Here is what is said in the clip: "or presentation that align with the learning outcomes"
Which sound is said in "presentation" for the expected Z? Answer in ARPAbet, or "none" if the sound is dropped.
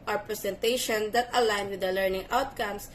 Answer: S